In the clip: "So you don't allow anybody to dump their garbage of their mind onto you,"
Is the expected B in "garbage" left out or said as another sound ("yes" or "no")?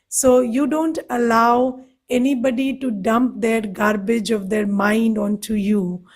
no